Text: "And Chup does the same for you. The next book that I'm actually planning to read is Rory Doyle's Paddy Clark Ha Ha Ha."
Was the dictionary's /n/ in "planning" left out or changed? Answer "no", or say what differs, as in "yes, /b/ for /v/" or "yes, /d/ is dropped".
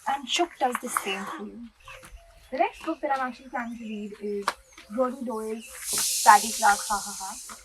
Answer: yes, /n/ is dropped